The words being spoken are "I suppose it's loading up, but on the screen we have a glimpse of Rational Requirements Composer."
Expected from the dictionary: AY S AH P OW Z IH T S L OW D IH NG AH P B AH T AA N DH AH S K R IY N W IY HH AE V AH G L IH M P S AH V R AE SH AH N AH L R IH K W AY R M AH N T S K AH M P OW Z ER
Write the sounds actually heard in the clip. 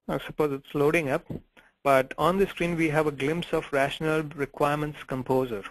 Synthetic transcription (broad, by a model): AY S AH P OW Z IH T S L OW D IH NG AH P B AH T AA N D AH S K R IY N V IY HH AE V AH G L IH M P S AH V R AE SH AH N AH L R IH K W AY R M AH N T S K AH M P OW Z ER